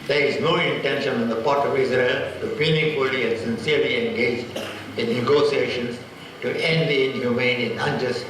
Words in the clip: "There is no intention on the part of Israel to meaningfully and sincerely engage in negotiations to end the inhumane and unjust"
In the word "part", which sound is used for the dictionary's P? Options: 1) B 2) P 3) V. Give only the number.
2